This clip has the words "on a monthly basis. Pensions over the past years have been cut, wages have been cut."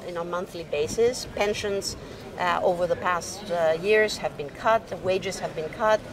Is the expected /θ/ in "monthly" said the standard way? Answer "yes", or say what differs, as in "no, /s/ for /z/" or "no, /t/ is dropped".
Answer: yes